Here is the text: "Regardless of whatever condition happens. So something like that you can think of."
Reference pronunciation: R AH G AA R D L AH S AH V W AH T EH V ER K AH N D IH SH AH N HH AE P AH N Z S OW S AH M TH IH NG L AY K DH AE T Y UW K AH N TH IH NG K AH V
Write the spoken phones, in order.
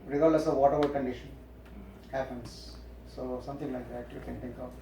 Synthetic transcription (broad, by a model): R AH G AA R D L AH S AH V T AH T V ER K AH N D IH SH AH N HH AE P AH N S S OW S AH M T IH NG L AY K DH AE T Y UW K AH N T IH NG K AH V